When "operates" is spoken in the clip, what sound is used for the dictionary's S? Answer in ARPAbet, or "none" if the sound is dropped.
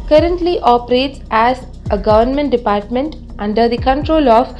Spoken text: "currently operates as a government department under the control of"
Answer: S